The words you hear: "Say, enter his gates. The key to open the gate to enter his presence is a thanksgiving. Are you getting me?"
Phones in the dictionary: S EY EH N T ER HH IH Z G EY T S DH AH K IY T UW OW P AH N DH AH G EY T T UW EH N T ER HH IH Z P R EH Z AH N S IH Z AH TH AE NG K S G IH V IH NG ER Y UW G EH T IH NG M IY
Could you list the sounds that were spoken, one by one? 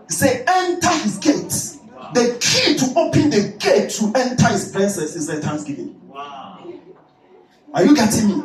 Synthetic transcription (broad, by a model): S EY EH N T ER HH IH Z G EY T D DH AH K IY T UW OW P AH N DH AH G EY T T UW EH N T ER HH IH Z P R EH N S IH S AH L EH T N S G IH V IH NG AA Y UW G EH T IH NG M IY